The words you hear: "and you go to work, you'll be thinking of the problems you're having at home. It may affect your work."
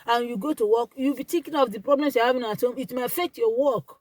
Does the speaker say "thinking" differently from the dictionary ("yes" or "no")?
yes